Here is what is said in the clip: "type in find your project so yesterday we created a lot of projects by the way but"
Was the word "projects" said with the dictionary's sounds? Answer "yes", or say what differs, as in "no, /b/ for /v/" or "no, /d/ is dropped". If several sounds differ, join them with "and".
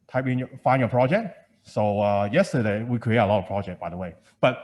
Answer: no, /s/ is dropped